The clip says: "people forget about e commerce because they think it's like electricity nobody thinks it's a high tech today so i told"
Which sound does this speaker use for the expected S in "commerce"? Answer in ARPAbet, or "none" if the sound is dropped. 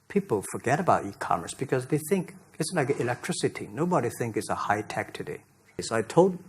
S